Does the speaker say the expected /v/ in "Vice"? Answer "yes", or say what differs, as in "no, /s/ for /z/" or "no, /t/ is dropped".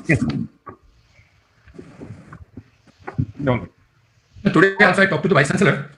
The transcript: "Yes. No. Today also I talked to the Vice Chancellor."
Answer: no, /b/ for /v/